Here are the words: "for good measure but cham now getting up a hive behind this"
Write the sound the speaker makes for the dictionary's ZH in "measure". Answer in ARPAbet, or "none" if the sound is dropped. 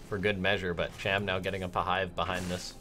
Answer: ZH